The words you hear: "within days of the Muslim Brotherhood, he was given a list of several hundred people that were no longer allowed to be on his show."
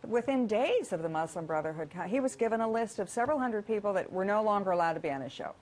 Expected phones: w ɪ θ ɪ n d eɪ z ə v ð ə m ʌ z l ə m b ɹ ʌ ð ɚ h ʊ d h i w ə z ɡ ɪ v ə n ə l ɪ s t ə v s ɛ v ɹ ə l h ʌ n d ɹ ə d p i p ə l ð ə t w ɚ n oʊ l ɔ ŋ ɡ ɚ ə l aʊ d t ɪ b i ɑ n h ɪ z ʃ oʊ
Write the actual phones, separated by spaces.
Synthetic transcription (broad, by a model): w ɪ θ ɪ n d eɪ z ə v ð ə m ʌ z l ə m b ɹ ʌ ð ɚ h ʊ d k i w ə z ɡ ɪ v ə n ə l ɪ s t ə v s ɛ v ɹ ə l h ʌ n d ɹ ə d p i p l ð ə t w ɚ n oʊ l ɔ ŋ ɡ ɚ ə l aʊ d t ɪ b i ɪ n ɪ ʃ oʊ